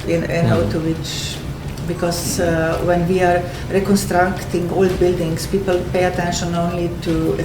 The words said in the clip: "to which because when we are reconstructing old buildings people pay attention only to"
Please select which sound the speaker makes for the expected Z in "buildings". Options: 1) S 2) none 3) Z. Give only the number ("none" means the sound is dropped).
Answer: 1